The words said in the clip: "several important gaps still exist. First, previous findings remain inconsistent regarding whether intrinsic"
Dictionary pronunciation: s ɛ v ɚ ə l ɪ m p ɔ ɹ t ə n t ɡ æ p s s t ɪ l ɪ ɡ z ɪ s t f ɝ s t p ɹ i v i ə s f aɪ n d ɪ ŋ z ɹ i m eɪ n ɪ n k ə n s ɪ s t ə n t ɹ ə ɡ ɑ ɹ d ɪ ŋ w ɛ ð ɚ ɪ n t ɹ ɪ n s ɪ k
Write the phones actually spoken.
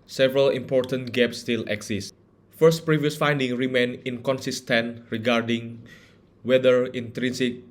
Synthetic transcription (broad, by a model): s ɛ v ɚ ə l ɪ m p ɔ ɹ t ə n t ɡ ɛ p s s t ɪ l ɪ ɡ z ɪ s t f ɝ s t p ɹ i v i ə s f aɪ n d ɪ ŋ ɹ i m eɪ n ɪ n k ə n s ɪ s t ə n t ɹ ə ɡ ɑ ɹ d ɪ ŋ w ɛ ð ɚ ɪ n t ɹ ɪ n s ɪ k